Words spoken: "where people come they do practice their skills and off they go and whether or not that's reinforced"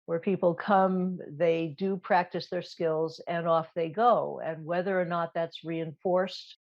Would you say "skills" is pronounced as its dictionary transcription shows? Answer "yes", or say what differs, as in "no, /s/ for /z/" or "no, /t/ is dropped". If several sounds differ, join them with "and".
yes